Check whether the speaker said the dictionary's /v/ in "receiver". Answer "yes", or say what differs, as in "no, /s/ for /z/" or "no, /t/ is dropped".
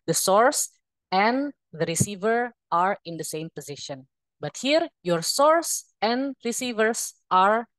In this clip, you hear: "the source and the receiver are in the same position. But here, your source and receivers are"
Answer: yes